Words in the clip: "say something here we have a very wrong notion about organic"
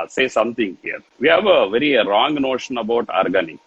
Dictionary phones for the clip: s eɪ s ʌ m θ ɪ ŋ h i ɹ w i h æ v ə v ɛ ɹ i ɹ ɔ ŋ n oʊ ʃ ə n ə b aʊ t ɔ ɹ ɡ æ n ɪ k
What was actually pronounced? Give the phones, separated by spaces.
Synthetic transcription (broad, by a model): s eɪ s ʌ m t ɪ ŋ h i ɹ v i h æ v ə v ɛ ɹ i ɹ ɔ ŋ n oʊ ʃ ə n ə b aʊ t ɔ ɹ ɡ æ n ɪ k